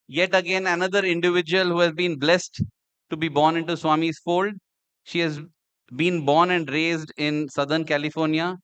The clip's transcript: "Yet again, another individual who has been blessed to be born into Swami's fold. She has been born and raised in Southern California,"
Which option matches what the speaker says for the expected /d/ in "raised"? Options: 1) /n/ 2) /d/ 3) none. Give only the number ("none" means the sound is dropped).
2